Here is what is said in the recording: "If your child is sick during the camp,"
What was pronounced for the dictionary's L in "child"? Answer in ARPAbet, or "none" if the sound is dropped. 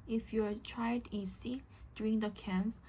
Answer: none